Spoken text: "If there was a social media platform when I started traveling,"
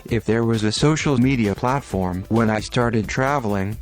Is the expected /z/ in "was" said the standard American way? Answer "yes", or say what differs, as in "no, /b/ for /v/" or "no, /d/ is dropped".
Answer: yes